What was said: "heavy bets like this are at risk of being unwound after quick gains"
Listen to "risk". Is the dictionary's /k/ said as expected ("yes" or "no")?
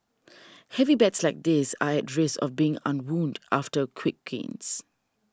no